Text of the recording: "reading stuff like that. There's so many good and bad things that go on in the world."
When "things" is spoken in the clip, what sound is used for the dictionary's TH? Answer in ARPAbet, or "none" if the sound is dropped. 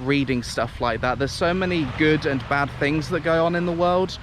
TH